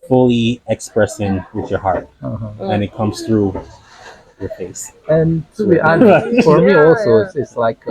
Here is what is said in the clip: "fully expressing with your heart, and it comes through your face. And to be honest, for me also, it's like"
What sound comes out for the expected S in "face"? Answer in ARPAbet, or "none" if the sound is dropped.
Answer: S